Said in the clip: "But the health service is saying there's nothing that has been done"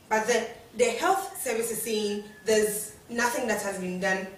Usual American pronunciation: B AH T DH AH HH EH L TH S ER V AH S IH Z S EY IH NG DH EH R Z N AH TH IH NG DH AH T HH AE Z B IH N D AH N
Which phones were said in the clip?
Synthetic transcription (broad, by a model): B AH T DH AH HH EH L TH S ER V AH S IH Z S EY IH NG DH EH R Z N AH TH IH NG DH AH T HH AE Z B IH N D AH N